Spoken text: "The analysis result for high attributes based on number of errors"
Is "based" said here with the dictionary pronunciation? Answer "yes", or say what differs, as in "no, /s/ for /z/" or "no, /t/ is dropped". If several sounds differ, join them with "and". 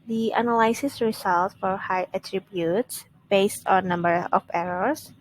yes